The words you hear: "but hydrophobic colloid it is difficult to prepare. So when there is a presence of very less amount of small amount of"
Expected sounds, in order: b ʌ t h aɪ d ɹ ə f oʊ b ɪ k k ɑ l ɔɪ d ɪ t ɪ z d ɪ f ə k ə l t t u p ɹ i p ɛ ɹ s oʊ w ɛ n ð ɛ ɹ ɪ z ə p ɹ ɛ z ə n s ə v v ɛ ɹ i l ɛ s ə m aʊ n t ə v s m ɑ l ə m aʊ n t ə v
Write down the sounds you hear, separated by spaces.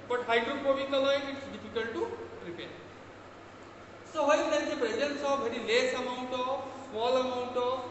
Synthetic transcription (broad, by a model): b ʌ t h aɪ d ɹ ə p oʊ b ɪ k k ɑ l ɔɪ ɪ t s d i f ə k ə l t t u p ɹ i p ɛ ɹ s oʊ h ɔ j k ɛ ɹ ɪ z ə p ɹ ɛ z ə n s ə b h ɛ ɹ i l ɛ s ə m aʊ n t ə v s m ɑ l ə m aʊ n t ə